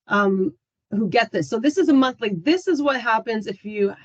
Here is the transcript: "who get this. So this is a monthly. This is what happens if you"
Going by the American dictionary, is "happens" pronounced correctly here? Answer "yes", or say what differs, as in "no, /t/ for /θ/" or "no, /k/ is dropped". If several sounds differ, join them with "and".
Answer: yes